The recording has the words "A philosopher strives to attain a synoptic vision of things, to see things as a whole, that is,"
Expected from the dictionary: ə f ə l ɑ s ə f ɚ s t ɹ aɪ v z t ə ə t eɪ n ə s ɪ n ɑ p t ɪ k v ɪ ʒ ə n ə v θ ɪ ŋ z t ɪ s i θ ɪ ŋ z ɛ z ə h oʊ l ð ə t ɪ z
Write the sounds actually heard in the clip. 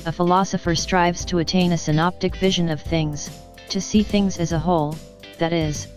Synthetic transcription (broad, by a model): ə f ə l ɑ s ə f ɚ s t ɹ aɪ v z t ə ə t eɪ n ə s ɪ n ɑ p t ɪ k v ɪ ʒ ə n ə v θ ɪ ŋ z t ɪ s i θ ɪ ŋ z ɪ z ə h oʊ l ð ə t ɪ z